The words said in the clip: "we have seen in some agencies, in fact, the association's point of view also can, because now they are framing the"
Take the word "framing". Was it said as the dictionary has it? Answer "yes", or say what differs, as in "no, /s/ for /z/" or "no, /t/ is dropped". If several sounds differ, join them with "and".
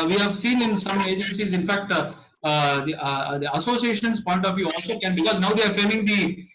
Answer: no, /ɹ/ is dropped